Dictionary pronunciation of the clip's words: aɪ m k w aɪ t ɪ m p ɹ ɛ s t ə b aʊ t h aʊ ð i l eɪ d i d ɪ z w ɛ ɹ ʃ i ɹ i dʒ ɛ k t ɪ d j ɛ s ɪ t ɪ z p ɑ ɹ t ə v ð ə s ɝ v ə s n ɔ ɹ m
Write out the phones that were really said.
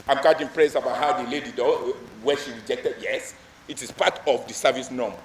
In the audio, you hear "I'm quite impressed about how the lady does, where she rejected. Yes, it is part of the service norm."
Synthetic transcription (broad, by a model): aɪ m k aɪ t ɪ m p ɹ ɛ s ə b aʊ t h aʊ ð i l eɪ d i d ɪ w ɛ ʃ i ɹ i dʒ ɛ k t ɪ d j ɛ s ɪ t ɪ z p ɑ t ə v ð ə s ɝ v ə s n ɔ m